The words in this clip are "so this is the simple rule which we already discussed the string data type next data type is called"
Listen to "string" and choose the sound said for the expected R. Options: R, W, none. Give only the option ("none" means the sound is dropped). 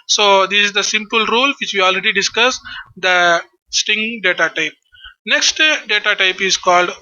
none